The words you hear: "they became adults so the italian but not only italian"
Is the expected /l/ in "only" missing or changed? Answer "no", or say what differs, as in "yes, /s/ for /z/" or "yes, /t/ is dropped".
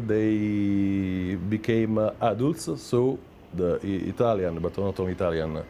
yes, /l/ is dropped